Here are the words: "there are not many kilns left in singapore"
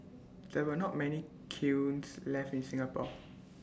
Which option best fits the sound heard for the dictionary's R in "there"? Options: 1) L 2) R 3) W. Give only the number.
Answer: 3